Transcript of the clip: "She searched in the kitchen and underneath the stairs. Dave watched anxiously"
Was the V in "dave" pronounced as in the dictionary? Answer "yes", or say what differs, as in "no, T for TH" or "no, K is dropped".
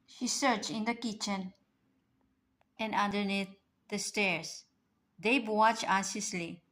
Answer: no, B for V